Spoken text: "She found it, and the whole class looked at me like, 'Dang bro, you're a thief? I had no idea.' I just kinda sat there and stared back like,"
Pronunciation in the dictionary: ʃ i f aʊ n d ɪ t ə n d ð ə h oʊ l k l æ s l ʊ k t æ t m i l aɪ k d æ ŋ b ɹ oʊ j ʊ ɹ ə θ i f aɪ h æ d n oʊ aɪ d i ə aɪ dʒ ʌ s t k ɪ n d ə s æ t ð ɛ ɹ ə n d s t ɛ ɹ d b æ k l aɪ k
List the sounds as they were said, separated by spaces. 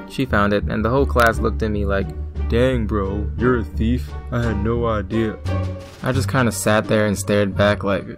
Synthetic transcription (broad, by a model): ʃ i f aʊ n d ɪ t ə n ð ə h oʊ l k l æ s l ʊ k t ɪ t m i l aɪ k d æ ŋ b ɹ oʊ j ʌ ɹ ə θ i f aɪ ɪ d n oʊ aɪ d i ə aɪ dʒ ʌ s k ɪ n d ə s æ t ð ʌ ɹ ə n s t ɛ ɹ d b æ k l aɪ k